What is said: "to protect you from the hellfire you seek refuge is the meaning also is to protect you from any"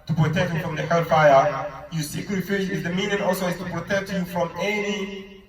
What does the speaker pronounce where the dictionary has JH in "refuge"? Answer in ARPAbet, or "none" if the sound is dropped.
SH